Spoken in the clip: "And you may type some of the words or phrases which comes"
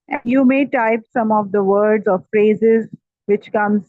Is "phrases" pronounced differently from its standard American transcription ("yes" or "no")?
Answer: no